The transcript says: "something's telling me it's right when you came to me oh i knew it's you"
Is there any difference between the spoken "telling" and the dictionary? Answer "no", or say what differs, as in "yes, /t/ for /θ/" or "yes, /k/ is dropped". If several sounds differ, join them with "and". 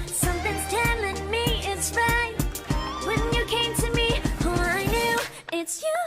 no